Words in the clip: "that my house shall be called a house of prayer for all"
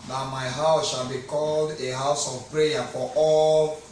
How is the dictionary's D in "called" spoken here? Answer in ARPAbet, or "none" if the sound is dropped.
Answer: D